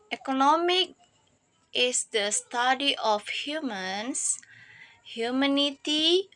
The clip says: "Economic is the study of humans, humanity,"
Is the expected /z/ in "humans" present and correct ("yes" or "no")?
no